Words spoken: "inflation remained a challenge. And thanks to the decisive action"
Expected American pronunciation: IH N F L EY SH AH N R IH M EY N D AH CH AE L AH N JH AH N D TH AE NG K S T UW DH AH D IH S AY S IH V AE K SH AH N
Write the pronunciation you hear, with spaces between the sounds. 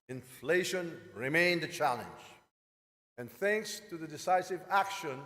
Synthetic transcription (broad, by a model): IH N F L EY SH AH N R IH M EY N D AH CH AE L AH N JH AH N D TH AE NG K S T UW DH AH D IH S AY S IH V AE K SH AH N